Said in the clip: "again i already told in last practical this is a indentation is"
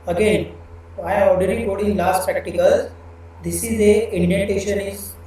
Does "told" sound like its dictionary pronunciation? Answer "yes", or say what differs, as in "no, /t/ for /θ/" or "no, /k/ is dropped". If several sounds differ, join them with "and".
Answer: no, /l/ is dropped